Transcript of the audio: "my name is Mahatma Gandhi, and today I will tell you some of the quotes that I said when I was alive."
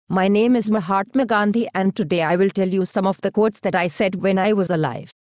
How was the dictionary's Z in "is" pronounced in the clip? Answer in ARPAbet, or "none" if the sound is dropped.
Z